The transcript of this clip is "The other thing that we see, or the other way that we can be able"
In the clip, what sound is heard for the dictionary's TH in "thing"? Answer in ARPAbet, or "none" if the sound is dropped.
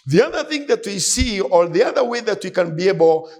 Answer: TH